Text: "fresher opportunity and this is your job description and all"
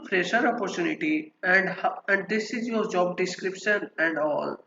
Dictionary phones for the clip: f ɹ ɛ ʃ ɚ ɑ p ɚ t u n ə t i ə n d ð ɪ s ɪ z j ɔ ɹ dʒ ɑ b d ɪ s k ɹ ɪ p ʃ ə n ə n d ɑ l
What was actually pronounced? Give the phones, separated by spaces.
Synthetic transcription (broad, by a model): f ɹ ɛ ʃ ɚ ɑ p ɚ t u n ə t i ə n d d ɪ s ɪ z j ɔ ɹ dʒ ɑ b d ɪ s k ɹ ɪ p ʃ ə n ə n d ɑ l